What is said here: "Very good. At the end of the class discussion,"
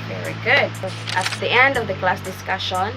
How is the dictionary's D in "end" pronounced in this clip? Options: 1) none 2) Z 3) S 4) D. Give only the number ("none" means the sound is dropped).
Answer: 4